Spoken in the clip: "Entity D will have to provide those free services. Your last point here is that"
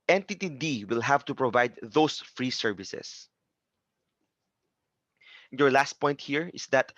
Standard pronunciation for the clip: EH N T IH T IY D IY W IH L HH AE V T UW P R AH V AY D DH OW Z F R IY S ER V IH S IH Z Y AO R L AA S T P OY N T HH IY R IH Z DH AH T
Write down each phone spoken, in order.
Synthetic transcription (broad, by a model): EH N T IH T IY D IY W IH L HH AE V T UW P R AH V AY D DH OW S F R IY S ER V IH S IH S Y AO R L AA S T P OY N T HH IY R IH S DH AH T